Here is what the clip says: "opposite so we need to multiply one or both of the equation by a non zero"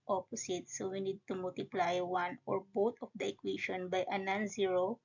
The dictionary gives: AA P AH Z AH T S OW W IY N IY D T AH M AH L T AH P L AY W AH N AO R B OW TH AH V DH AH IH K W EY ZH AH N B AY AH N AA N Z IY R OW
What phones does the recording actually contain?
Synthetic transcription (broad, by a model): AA P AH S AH T S OW W IY N IY D T AH M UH L T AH P L AY W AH N AO R B OW T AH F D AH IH K W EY SH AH N B AY AH N AA N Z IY R OW